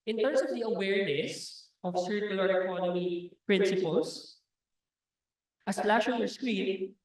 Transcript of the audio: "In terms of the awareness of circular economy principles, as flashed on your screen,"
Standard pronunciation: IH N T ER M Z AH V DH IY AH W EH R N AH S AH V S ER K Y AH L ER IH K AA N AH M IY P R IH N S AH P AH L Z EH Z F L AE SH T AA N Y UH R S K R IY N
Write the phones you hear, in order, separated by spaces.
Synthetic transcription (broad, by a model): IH N T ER M S AH V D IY AH W EH R N AH S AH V S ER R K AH L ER IH K AA N AH M IY P R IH N S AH P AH L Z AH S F L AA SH AA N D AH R S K R IY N